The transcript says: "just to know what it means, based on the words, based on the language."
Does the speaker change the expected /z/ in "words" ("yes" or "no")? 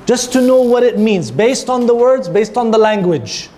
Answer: no